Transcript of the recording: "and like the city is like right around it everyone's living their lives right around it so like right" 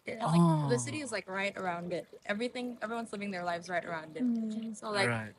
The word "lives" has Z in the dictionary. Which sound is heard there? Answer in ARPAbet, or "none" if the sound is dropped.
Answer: Z